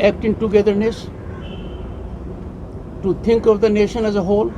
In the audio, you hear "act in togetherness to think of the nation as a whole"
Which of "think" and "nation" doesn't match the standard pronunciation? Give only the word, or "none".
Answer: think